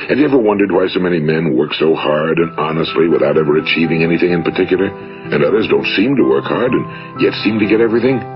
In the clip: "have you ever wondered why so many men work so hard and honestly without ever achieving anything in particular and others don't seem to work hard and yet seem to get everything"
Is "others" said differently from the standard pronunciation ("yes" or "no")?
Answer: no